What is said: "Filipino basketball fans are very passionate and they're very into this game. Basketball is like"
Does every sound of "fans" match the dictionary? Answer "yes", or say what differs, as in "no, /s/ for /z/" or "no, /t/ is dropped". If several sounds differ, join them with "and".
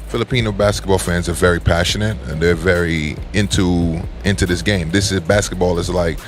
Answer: yes